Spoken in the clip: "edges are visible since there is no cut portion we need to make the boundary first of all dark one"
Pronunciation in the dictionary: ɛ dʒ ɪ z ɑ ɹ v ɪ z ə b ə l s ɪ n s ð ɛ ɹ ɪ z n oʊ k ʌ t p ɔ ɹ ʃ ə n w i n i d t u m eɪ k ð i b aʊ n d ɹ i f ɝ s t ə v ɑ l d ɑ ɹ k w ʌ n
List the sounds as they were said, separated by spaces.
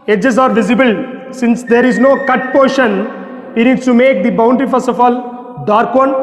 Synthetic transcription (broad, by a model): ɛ dʒ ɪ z ɑ ɹ v ɪ z ə b ə l s ɪ n s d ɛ ɹ ɪ z n oʊ k ʌ t p ɔ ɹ ʃ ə n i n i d t u m eɪ k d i b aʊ n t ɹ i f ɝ s ə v ɑ l d ɑ ɹ k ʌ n